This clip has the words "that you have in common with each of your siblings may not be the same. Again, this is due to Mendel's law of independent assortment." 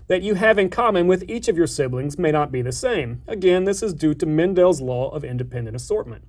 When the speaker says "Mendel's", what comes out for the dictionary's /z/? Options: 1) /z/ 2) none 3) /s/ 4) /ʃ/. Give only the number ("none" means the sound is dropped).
1